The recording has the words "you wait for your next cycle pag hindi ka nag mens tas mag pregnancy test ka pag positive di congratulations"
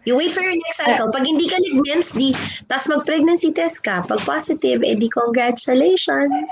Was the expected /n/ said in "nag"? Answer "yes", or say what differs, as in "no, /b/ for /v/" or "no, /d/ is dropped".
no, /l/ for /n/